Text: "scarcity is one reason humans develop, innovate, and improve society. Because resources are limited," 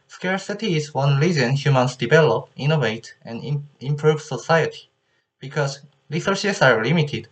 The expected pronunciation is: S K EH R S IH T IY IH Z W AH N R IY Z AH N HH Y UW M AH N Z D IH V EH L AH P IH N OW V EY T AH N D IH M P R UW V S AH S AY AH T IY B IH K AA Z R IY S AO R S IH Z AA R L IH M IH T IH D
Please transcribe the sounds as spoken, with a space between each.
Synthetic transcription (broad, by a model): S K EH R S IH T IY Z W AH N L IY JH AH N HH Y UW M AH N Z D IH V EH L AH P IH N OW V EY T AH N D IH M P R UW V S AH S AY AH T IY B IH K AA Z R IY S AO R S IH S AA R L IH M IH T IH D